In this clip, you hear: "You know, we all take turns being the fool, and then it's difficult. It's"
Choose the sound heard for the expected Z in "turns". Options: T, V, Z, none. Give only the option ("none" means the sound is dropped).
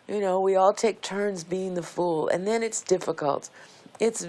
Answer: Z